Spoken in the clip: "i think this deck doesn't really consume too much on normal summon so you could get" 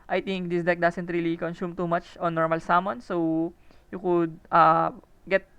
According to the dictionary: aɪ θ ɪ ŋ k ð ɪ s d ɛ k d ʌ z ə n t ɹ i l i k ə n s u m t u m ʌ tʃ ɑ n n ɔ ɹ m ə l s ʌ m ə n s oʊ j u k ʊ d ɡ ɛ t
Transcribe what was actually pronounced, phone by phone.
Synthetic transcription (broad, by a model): aɪ t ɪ ŋ k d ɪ s d ɛ k d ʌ s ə n t ɹ i l i k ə n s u m t u m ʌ tʃ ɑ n n ɔ ɹ m ə l s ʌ m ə n s oʊ j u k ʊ d ɡ ɛ t